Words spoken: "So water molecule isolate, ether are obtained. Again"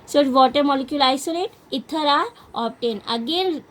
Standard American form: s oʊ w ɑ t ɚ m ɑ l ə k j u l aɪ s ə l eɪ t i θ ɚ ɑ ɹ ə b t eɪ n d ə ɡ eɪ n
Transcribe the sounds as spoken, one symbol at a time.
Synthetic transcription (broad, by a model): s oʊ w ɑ t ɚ m ɑ l ə k j u l aɪ s ə l eɪ t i t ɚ ɑ ɹ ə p t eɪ n ə ɡ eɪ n